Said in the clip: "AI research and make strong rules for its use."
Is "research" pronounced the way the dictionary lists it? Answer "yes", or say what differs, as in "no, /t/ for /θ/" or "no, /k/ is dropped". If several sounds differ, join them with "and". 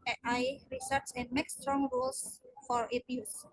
no, /s/ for /tʃ/